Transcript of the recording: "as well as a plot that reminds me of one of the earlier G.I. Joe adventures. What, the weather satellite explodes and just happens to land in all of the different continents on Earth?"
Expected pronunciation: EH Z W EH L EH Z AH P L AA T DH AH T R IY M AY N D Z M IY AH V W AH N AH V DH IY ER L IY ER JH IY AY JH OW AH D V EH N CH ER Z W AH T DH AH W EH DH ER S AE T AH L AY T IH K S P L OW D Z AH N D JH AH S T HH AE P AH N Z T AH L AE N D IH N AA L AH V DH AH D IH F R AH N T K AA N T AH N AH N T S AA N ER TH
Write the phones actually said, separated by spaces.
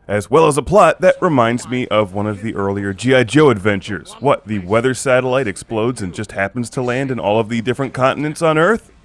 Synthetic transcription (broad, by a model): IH Z W EH L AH Z AH P L AA T DH AH T R IY M AY N D Z M IY AH V W AH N AH V DH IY ER L IY ER JH IY AY JH OW AH D V EH N CH ER Z W AH T DH AH W EH DH ER S AE T AH L AY T IH K S P L OW D Z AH N JH AH S T HH AE P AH N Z T AH L AE N D IH N AA L AH V DH AH D IH F R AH N K AA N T N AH N T S N ER TH